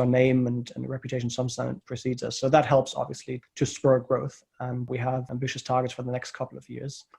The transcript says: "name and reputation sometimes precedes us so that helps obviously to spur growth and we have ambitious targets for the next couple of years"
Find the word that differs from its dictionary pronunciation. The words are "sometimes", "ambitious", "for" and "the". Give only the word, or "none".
sometimes